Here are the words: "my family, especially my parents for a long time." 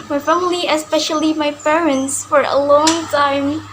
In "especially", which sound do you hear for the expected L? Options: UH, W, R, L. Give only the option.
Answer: L